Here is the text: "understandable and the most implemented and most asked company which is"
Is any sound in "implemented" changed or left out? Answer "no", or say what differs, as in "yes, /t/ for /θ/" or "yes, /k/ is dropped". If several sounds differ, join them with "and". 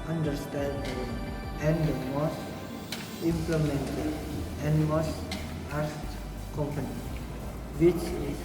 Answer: yes, /d/ is dropped